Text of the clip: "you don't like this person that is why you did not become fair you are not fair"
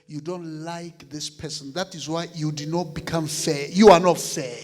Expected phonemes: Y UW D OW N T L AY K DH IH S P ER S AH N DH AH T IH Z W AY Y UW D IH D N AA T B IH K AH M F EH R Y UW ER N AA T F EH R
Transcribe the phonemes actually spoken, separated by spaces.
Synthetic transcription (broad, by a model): Y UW D OW N T L AY K DH IH S P ER S AH N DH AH T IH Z W AY Y UW D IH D N AA T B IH K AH M F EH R Y UW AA N AA T F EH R